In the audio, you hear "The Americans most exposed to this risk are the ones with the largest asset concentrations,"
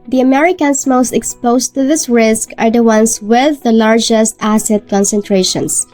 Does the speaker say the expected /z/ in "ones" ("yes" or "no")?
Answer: no